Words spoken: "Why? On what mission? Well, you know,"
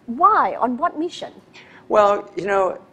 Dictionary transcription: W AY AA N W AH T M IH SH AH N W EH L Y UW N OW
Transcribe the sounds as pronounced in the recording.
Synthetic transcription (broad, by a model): W AY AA N W AH T M IH SH AH N W EH L Y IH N OW